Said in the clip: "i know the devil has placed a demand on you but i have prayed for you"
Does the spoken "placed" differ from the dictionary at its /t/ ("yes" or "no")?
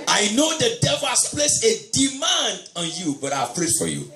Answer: yes